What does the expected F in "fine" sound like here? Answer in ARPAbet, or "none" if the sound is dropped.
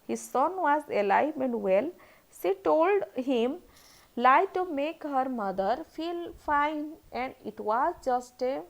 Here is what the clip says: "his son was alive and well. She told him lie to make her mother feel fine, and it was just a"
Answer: F